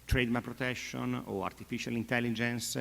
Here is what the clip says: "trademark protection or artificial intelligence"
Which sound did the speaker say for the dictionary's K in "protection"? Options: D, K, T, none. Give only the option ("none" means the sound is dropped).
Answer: none